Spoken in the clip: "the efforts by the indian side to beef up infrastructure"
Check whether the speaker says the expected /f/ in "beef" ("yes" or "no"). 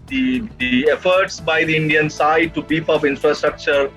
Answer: no